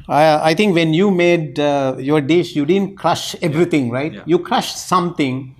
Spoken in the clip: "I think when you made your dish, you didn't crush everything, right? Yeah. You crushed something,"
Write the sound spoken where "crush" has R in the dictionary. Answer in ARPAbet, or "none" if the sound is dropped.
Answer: R